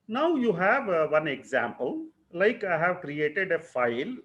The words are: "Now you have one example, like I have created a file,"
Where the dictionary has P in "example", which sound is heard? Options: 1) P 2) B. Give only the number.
1